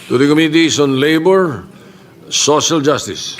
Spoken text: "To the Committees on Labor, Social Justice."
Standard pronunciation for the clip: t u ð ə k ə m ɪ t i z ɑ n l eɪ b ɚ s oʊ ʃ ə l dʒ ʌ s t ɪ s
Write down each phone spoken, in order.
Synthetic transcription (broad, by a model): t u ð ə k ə m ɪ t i s ɑ n l eɪ b ɚ s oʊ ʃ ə l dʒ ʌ s t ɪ s